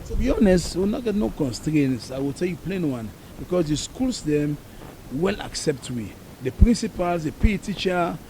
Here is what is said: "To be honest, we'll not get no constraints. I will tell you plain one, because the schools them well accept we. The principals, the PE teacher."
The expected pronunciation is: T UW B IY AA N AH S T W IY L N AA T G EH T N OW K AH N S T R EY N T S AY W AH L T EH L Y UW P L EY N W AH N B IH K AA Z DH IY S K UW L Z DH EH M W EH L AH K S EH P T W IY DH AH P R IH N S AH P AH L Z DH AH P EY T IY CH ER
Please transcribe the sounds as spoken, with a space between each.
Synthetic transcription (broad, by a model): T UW B IY AA N AH S T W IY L N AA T G EH T N OW K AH N S T R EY N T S AY W AH L T EH L Y UW P L EY N W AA N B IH K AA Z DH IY S K UW L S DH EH M W EH L AH K S EH P T W IY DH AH P R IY N S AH P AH L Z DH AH P EY T IY CH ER